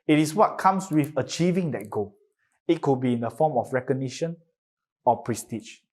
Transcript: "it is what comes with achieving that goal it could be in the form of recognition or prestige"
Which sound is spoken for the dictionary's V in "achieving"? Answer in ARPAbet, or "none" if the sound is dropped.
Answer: V